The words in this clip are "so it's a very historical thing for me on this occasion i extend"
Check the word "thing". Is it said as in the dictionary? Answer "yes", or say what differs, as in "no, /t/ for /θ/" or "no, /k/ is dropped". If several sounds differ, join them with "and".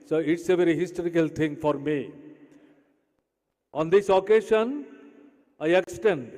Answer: no, /t/ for /θ/